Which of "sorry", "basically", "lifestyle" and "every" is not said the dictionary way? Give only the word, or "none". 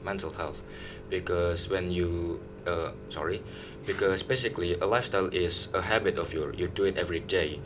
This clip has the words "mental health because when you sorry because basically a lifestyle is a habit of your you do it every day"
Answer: none